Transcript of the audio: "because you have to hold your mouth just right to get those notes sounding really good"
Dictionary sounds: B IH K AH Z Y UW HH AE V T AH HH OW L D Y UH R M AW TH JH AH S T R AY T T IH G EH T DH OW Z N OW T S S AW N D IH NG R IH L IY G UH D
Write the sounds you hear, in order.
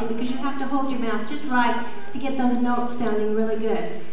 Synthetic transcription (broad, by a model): B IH K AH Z Y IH HH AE F T AH HH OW L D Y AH R M AW TH JH AH S T R AY T T IH G EH T DH OW Z N OW T S S AW N D IH NG R IH L IY G UH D